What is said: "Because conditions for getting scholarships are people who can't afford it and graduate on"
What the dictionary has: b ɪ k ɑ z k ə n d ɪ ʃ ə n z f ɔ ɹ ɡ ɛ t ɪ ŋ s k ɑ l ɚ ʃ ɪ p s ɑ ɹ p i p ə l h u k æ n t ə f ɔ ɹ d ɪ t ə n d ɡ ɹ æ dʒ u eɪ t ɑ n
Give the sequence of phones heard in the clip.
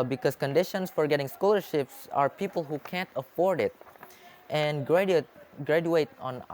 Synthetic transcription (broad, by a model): b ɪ k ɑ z k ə n d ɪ ʃ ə n s f ɔ ɹ ɡ ɛ t ɪ ŋ s k ɑ l ɚ ʃ ɪ p s ɑ ɹ p i p ə l h u k æ n t ə f ɔ ɹ d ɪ t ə n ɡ ɡ ɹ æ dʒ u eɪ t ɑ n